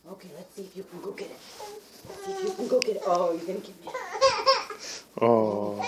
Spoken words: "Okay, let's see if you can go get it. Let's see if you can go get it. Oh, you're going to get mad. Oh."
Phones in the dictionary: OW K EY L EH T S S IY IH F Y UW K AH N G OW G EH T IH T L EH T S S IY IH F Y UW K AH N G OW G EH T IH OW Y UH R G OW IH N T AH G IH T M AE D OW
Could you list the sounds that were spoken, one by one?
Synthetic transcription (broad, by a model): OW K EY L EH T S S IY IH F Y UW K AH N G OW G EH T IH T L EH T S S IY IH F Y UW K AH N G OW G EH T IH OW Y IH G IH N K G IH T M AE OW